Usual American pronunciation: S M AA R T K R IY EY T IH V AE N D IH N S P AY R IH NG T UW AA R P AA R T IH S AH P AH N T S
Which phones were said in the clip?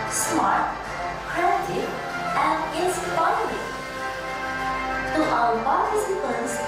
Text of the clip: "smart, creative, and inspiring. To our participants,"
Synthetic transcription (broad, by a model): S M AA R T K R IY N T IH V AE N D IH S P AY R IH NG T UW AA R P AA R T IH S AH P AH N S